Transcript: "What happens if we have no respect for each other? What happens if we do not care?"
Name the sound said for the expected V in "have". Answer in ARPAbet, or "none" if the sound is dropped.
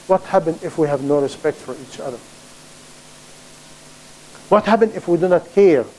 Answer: V